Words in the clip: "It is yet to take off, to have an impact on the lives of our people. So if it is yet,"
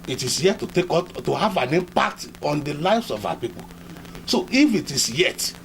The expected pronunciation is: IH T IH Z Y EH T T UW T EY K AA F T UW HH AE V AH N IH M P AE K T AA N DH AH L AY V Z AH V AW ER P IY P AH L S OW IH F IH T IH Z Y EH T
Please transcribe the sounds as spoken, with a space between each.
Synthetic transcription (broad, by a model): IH T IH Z Y EH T T UW T EY K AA T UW HH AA V AH N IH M P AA T AA N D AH L AY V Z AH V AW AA P IY P AH L S OW IH F IH T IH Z Y EH T